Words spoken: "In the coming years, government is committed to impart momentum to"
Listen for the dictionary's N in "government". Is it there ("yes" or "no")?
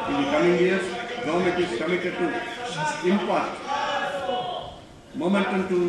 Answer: no